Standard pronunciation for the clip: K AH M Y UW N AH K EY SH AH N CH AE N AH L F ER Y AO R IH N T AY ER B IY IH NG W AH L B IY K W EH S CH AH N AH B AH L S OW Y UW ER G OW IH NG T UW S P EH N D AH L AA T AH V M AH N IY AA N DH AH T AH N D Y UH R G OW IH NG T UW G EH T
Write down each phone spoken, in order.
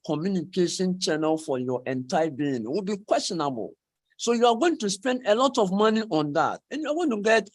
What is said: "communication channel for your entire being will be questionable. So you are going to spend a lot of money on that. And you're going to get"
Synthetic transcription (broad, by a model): K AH M Y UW N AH K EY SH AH N CH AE N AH L F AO Y AO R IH N T AY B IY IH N W AH L B IY K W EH S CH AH N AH B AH L S OW Y UW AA G OW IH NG T UW S P EH N D AH L AA T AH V M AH N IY AA N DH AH T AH N Y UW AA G OW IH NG T UW G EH T